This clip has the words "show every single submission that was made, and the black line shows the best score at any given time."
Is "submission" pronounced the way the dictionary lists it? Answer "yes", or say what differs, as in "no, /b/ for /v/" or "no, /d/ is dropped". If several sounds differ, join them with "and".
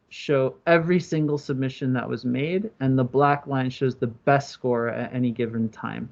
yes